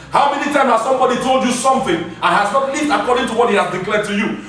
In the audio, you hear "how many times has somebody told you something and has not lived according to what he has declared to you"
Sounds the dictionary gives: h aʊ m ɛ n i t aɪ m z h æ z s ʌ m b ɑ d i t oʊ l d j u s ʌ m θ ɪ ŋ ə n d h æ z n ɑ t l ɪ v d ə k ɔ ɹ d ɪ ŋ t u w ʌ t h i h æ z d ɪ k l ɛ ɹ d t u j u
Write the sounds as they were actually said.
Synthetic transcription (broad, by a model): h aʊ m ɛ n i t aɪ m h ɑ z s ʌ m b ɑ d i t oʊ l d j u s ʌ m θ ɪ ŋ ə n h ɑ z n ɑ t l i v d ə k ɔ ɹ d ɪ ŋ t u w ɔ t h i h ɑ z d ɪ k l ɛ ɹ d t u j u